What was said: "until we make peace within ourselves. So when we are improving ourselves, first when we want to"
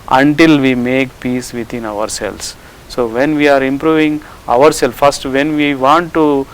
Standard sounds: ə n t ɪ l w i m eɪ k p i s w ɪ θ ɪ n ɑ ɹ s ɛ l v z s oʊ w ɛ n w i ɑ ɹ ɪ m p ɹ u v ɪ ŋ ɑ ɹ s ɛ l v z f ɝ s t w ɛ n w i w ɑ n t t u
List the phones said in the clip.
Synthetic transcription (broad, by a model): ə n t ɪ l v i m eɪ k p i s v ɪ t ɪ n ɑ ɹ s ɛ l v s s oʊ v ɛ n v i ɑ ɹ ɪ m p ɹ u v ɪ ŋ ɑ ɹ s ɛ l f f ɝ s t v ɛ n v i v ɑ n t t u